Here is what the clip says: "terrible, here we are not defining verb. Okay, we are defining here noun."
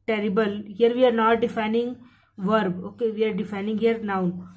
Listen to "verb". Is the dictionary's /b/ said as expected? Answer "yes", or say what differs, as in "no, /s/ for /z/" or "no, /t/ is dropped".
yes